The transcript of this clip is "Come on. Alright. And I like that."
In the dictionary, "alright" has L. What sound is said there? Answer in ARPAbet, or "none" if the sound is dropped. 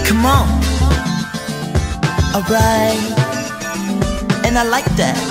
none